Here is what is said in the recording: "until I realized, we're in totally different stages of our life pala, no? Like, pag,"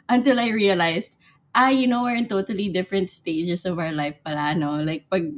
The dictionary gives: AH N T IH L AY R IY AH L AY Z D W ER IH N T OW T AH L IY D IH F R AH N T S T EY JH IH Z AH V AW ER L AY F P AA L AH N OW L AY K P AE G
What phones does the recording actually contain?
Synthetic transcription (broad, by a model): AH N T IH L AY R IY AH L AY S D W ER IH N T OW T AH L IY D IH F R AH N T S T EY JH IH S AH V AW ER L AY F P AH L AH N OW L AY K P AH G